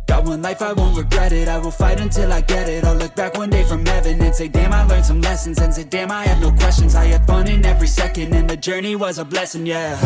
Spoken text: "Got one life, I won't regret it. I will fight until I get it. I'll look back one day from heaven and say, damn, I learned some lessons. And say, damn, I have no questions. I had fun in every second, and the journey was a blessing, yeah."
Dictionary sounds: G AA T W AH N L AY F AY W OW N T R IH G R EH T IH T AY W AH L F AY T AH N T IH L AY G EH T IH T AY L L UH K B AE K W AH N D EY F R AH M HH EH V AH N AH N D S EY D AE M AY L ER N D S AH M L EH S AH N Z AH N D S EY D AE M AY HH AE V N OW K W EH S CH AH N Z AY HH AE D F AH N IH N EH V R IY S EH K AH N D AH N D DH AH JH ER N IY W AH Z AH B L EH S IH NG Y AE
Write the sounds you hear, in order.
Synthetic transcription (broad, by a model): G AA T W AH N L AY F AY W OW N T R IH G R EH T IH T AY W AH L F AY T AH N T IH L AY G EH T IH T AY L L UH K B AE K W AH N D EY F R AH M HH EH V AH N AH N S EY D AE M AY L ER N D S AH M L EH S AH N Z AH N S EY D AE M AY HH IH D N OW K W EH S CH AH N Z AY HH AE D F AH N IH N EH V R IY S EH K AH N D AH N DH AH JH ER N IY W AH Z AH B L EH S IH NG Y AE